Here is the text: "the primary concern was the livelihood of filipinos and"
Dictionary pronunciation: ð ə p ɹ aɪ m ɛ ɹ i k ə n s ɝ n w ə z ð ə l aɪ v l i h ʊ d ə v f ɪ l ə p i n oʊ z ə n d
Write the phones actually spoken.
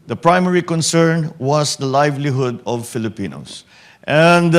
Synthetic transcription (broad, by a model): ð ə p ɹ aɪ m ɛ ɹ i k ə n s ɝ n w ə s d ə l aɪ v l i h ʊ d ə v f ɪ l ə p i n oʊ s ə n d